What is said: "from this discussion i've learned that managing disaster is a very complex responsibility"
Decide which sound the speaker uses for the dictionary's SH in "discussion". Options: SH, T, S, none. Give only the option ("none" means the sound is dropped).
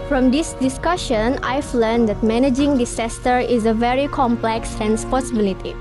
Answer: SH